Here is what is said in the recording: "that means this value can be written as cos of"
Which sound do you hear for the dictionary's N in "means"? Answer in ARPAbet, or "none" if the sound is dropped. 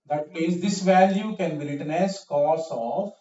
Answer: none